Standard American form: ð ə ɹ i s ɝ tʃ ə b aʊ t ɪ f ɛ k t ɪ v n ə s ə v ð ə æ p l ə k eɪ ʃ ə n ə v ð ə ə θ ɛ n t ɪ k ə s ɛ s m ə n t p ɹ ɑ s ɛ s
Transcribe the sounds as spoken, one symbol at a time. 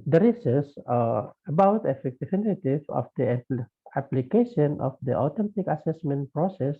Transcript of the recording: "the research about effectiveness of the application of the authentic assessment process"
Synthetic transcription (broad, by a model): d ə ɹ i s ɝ s ə b aʊ t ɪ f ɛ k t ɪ f n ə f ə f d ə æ p l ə k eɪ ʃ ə n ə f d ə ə t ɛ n t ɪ k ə s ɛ s m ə n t p ɹ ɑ s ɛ s